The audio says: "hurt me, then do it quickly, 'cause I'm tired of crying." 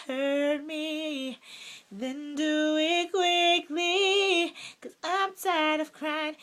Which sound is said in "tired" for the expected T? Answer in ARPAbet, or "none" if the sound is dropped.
S